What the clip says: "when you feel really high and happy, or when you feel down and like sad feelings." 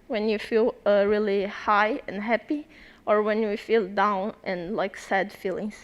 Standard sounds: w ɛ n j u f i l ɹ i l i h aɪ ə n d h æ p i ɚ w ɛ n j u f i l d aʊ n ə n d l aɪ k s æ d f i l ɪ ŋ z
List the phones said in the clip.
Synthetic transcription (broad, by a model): w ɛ n j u f i l ɹ i l i h aɪ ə n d h æ p i ɚ w ɛ n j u f i l d aʊ n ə n l aɪ k s æ d f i l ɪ ŋ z